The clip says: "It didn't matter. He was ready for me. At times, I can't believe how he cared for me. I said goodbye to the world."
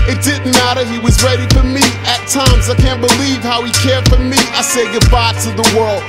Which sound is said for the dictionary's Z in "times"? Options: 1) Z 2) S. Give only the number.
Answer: 1